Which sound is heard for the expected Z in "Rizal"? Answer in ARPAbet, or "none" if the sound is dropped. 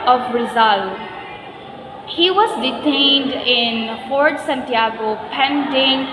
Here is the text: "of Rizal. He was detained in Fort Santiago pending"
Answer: Z